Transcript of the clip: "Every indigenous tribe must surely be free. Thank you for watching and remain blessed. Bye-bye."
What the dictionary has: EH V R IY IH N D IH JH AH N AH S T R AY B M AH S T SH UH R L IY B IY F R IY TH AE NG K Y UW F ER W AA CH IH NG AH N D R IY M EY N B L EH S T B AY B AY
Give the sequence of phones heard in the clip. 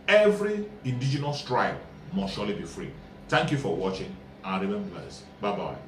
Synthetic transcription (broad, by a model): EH V R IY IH N D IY JH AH N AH S T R AY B M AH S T SH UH L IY B IY F R IY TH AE NG K Y UW F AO W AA CH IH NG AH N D R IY M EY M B EH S B AY B AY